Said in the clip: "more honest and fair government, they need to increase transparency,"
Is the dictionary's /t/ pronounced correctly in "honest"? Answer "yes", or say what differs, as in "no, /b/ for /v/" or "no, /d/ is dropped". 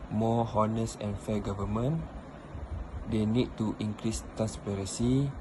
no, /t/ is dropped